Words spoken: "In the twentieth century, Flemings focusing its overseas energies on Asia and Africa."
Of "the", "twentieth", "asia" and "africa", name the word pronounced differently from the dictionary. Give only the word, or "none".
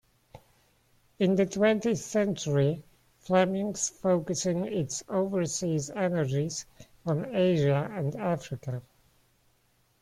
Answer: none